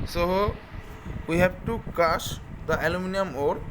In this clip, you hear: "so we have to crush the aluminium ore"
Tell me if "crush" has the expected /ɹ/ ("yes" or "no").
no